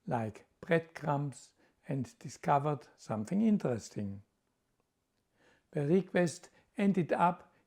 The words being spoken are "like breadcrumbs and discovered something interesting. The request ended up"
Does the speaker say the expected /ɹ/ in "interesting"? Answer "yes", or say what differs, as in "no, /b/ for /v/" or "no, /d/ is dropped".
yes